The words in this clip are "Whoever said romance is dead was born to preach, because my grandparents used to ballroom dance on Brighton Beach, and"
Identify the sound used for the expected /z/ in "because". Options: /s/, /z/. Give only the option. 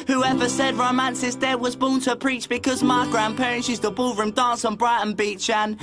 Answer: /z/